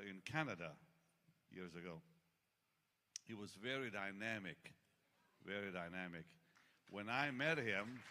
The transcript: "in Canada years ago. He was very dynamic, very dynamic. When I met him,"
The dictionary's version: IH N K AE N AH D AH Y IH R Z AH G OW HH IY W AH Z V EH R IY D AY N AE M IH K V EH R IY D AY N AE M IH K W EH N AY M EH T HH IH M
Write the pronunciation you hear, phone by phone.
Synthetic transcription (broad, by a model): IH N K AE N AH D AH Y IH R Z AH G OW HH IY W AH Z V EH R IY D AY N AE M IH K V EH R IY D AY N AE M IH K W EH N AY M EH T HH IH M